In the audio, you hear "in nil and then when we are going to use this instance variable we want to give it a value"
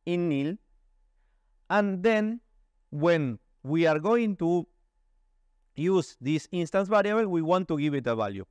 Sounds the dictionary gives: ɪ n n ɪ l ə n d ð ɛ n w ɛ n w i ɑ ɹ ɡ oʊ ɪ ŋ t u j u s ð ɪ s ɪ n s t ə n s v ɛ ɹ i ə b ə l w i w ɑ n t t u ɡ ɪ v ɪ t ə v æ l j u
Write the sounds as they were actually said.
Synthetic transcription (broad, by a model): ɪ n n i l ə n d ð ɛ n w ɛ n w i ɑ ɹ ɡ oʊ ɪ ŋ t u j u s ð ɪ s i n s t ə n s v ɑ ɹ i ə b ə l w i w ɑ n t t u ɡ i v ɪ t ə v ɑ l j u